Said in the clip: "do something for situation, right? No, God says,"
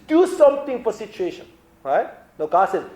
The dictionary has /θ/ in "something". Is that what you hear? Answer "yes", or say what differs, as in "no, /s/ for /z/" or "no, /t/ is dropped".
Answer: no, /t/ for /θ/